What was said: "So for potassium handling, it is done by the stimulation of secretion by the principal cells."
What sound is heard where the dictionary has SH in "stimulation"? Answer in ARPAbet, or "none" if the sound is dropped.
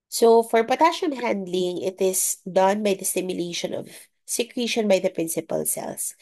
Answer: SH